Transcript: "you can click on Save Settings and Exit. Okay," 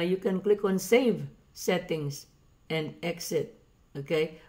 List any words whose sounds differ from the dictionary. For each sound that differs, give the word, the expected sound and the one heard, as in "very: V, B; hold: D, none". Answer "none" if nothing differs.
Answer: settings: Z, S